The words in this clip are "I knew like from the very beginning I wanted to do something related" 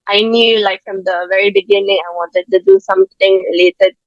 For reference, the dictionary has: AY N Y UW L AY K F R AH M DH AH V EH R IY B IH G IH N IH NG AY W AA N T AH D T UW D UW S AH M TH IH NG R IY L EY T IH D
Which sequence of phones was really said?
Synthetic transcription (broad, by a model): AY N Y UW L AY K F R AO M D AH V EH R IY B IH G IH N IH NG AY W AA N T AH D T UW D UW S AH M T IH NG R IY L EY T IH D